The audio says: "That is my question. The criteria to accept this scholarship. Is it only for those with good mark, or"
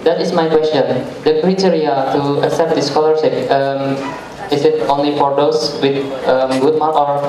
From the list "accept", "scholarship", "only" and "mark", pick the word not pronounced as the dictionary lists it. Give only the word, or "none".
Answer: mark